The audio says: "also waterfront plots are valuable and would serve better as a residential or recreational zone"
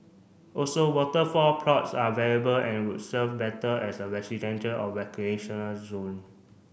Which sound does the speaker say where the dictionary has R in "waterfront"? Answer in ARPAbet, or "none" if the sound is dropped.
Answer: none